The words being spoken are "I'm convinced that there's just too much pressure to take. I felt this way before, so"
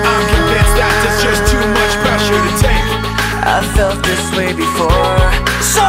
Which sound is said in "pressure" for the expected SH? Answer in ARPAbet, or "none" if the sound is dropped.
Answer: SH